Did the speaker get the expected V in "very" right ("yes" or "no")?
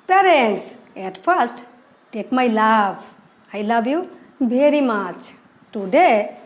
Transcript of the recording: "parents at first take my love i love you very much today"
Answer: no